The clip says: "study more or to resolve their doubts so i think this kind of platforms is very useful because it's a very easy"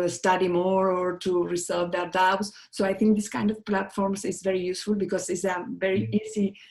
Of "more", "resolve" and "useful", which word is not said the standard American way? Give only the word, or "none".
resolve